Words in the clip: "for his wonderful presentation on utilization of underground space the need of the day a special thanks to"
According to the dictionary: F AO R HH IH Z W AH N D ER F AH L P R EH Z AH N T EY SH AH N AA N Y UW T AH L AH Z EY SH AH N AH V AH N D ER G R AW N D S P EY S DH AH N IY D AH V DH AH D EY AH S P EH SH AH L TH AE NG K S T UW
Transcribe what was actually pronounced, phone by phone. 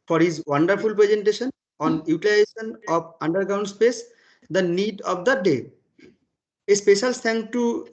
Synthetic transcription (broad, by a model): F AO R HH IH Z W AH N D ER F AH L P R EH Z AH N T EY SH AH N AA N Y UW T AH L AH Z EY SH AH N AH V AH N D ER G R AW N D S P EY S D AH N IY D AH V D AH D EY AH S P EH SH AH L T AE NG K T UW